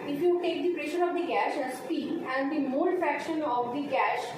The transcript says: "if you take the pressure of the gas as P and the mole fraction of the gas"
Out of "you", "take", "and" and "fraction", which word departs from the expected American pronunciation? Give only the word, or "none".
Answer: none